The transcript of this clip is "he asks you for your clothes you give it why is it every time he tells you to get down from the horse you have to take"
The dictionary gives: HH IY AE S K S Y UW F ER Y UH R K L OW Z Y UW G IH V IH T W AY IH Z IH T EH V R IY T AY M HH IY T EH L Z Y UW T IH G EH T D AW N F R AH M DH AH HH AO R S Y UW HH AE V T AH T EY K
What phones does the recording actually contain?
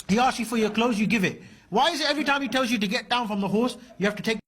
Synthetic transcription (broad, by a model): HH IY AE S S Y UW F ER Y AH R K L OW Z Y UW G IH V IH T W AY IH Z IH T EH V R IY T AY M HH IY T EH L Z Y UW T IH G EH T D AW N F R AH M DH AH HH AO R S Y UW HH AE F T AH T EY K